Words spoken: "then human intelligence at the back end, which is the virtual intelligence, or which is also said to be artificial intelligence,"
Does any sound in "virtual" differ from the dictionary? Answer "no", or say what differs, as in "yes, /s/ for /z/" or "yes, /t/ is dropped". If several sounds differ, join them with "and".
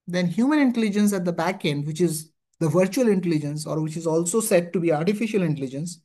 no